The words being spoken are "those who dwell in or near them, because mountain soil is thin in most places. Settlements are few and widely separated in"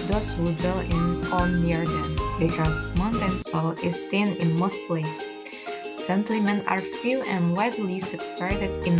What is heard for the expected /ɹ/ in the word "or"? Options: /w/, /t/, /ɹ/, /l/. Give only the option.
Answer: /l/